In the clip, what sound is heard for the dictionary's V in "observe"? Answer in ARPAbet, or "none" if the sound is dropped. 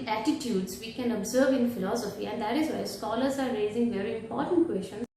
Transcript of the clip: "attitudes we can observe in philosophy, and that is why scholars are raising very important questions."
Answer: V